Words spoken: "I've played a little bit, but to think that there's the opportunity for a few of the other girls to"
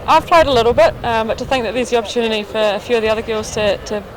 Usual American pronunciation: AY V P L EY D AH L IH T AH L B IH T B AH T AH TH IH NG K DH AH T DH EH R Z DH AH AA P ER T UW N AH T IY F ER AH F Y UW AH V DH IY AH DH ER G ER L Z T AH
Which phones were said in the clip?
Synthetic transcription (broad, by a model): AY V P L EY D AH L IH T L B IH T B AH T AH TH IH NG K DH AH T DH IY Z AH AA P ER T UW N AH T IY F ER AH F Y UW AH V DH IY AH DH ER G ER L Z T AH